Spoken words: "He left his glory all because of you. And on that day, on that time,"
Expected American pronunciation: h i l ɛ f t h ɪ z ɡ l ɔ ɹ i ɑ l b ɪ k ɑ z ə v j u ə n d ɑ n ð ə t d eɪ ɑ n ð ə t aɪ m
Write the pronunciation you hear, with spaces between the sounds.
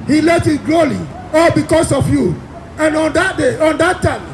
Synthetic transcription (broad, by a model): h i l ɛ f t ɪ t ɡ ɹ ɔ l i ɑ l b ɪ k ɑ s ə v j u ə n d ɑ n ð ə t d eɪ ɑ n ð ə t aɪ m